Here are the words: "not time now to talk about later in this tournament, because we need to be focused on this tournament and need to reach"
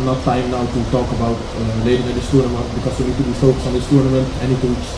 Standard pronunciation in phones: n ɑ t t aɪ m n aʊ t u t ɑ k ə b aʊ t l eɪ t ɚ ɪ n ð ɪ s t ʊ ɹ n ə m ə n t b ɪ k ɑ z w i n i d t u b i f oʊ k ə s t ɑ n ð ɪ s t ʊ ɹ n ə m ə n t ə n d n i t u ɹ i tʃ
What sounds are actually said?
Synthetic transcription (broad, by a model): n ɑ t t aɪ m n aʊ t u t ɑ k ə b aʊ t l eɪ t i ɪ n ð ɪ s t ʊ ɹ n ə m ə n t b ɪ k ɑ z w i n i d t u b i f oʊ k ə s ɑ n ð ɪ s t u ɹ n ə m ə n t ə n n i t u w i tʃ